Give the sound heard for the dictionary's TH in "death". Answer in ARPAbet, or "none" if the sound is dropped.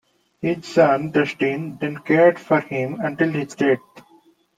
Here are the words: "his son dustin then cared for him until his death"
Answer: T